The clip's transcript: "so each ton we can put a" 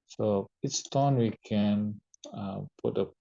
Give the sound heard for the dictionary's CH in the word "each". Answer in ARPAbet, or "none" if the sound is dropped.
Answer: S